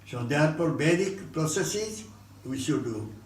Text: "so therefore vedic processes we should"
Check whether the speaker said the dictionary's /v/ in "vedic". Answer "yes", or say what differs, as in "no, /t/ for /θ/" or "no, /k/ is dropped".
no, /b/ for /v/